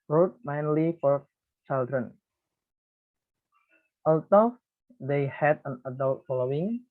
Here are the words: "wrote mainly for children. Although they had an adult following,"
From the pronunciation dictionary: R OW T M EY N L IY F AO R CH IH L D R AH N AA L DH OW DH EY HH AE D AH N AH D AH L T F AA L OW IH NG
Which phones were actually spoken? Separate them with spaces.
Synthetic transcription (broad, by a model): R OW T M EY N L IY F AO R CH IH L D R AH N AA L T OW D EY HH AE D AH N AH D AH L T F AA L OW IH NG